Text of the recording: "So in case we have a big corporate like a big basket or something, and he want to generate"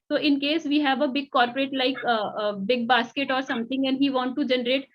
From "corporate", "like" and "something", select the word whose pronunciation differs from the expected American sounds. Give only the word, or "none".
something